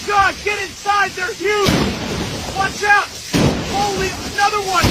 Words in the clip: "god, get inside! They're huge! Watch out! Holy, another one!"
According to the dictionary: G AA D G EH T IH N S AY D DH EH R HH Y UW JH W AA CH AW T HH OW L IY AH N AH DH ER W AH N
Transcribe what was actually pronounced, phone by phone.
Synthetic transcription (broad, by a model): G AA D G EH T IH N S AY D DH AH R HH Y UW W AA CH AW T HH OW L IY AH N AH DH ER W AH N